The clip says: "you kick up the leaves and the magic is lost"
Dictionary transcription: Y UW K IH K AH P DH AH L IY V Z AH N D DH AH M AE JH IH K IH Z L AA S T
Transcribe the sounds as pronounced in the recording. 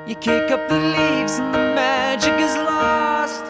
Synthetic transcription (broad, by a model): Y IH K IH K AH P DH AH L IY V Z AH N DH AH M AE JH IH K IH Z L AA S T